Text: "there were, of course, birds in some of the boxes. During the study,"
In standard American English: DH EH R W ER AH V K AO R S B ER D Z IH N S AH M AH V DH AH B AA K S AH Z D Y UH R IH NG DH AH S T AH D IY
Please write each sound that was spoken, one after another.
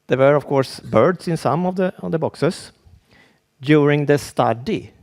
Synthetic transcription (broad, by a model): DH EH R W ER AH V K AO R S B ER D S IH N S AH M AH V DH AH B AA K S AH S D Y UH R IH NG DH AH S T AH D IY